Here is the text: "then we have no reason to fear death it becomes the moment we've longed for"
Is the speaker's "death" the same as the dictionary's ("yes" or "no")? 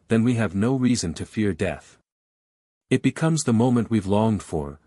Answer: yes